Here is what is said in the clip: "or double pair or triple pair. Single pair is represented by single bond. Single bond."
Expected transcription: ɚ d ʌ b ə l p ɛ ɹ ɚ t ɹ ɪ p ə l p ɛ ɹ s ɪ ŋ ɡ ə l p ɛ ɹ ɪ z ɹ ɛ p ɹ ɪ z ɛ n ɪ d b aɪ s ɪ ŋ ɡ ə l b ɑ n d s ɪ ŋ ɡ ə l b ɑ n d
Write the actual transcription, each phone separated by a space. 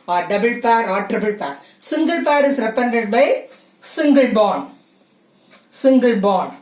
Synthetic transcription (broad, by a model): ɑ d ʌ b ə l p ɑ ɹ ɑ t ɹ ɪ b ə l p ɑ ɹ s ɪ ŋ ɡ ə l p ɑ ɹ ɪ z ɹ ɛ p ɪ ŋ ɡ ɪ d b aɪ s ɪ ŋ ɡ ə l b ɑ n s ɪ ŋ ɡ ə l b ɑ n